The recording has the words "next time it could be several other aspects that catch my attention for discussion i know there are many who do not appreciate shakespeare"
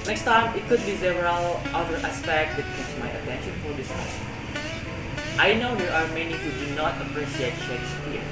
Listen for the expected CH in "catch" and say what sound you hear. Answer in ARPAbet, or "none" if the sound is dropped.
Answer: S